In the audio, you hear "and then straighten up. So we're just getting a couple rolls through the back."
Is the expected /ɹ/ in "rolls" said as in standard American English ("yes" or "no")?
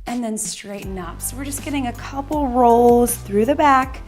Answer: yes